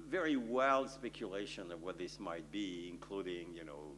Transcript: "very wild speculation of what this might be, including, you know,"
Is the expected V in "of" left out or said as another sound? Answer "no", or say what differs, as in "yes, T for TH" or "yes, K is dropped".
no